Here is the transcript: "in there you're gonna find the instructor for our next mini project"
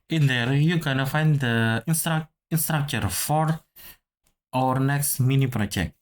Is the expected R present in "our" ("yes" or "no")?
yes